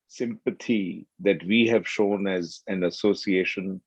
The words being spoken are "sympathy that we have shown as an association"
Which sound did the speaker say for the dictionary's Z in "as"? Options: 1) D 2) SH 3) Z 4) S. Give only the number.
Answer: 3